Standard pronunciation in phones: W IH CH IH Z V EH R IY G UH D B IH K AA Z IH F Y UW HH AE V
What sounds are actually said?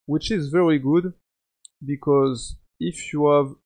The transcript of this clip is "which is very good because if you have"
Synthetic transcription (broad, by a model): W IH CH IH Z V EH R IY G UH D B IH K AA Z IH F Y UW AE V